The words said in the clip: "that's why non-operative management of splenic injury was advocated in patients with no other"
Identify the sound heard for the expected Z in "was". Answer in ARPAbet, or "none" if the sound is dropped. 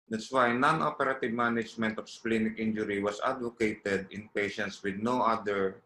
S